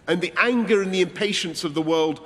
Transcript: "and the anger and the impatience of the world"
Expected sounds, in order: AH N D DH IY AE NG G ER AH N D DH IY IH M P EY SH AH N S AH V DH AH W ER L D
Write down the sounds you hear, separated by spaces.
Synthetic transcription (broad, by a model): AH N DH IY AE NG G ER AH N DH IY IH M P EY SH AH N S AH V DH AH W ER L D